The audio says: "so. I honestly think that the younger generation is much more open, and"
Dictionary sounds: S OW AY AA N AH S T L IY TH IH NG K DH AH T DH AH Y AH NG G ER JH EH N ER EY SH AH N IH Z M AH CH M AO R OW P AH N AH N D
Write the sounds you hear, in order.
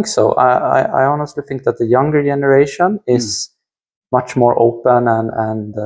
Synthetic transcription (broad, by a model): S OW AY AA N AH S T L IY TH IH NG K DH AH T DH AH Y AH NG G ER JH EH N ER EY SH AH N IH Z M AH CH M AO R OW P AH N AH N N